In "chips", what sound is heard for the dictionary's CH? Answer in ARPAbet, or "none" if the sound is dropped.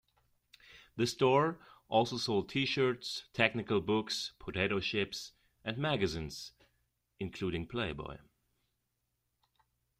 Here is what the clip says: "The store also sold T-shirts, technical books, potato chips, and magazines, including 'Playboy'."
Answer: SH